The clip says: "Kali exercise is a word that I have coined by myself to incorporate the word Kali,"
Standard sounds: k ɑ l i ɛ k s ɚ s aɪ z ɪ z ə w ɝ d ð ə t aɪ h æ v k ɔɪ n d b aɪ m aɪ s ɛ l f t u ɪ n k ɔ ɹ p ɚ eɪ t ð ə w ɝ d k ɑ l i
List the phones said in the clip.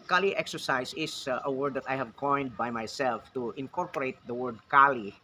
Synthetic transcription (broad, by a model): k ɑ l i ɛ k s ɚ s aɪ s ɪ s ə w ɝ d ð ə t aɪ h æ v k ɔɪ n d b aɪ m aɪ s ɛ l f t u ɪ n k ɔ ɹ p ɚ eɪ t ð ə w ɝ d k ɑ l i